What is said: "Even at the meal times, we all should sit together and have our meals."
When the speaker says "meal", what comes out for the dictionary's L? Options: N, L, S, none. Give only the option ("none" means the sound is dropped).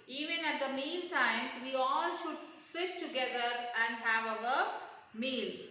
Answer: N